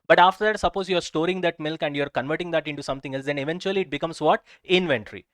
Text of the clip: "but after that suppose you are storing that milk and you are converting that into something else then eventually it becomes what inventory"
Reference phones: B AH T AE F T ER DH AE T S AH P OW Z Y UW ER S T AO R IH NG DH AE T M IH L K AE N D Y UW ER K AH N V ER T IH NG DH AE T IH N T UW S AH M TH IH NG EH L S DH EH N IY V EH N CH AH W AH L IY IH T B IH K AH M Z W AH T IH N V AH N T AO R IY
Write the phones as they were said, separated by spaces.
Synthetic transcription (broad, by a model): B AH T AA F T ER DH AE T S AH P OW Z Y UW ER S T AO R IH NG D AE T M IH L K AE N D Y UW ER K AH N V ER T IH NG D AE T IH N T UW S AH M T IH NG EH L S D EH N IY V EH N CH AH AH L IY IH T B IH K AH M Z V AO T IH N V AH N T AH R IY